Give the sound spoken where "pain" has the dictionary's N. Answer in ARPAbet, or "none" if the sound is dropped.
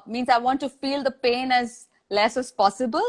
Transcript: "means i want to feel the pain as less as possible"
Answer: N